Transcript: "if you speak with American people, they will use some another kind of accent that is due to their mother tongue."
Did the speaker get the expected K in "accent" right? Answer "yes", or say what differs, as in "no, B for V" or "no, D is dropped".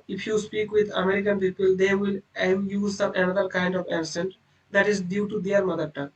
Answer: no, K is dropped